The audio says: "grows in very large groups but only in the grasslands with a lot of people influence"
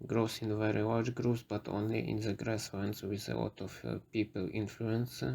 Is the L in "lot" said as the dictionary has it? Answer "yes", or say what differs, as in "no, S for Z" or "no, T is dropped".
no, W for L